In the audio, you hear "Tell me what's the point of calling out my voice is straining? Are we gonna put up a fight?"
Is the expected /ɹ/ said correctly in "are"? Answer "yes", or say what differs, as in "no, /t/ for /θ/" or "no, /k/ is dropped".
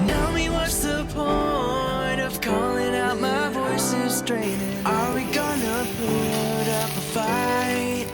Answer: no, /l/ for /ɹ/